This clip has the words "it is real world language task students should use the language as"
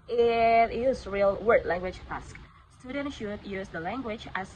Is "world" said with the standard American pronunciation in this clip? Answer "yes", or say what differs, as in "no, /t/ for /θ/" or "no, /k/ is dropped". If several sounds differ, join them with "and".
no, /l/ is dropped